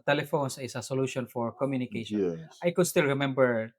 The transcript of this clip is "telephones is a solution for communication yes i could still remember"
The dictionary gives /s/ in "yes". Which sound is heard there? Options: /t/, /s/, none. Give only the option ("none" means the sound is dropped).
none